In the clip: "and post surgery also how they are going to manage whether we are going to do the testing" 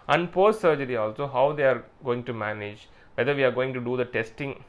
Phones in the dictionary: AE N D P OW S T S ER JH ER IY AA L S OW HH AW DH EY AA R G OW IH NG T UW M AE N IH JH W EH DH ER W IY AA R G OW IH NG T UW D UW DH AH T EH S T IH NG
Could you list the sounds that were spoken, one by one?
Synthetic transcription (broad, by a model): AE N D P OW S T S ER JH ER IY AA L S OW HH AW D EY AA R G OW IH NG T UW M AE N IH JH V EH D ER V IY AA R G OW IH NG T UW D UW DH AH T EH S T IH NG